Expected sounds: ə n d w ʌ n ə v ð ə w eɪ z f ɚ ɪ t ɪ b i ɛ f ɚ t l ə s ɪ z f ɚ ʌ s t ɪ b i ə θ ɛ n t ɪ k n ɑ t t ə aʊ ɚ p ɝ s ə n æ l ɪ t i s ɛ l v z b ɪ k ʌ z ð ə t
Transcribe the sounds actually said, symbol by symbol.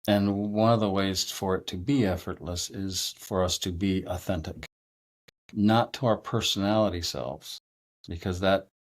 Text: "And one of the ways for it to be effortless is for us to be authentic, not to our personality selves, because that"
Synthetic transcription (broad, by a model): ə n w ʌ n ə v ð ə w eɪ z f ɚ ɪ t ɪ b i ɛ f ɚ t l ə s ɪ z f ɚ ʌ s t ɪ b i ə θ ɛ n t ɪ k n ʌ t t ə aʊ ɚ p ɝ s ə n æ l ɪ t i s ɛ l v z b ɪ k ʌ z ð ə t